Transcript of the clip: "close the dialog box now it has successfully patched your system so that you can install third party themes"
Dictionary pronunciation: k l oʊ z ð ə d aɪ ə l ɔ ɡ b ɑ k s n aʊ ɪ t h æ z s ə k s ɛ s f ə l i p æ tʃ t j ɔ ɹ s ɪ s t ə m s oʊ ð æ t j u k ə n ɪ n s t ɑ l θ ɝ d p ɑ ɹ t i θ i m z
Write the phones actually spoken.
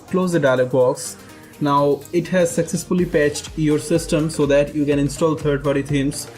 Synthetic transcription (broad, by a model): k l oʊ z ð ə d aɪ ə l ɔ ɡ b ɑ k s n aʊ ɪ t h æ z s ə k s ɛ s f ə l i p æ tʃ t j ɔ ɹ s ɪ s t ə m s oʊ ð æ t j u k ə n ɪ n s t ɑ l t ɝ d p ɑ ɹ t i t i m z